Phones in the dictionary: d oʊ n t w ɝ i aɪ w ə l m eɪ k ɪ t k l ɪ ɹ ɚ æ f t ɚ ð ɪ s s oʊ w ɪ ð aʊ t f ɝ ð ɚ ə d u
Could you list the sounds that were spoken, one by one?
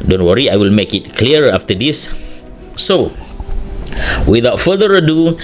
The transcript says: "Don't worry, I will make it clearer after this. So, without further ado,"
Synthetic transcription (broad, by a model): d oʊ n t w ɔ i aɪ w ə l m eɪ k ɪ t k l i ɚ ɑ f t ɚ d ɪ s s oʊ w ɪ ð aʊ t f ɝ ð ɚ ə d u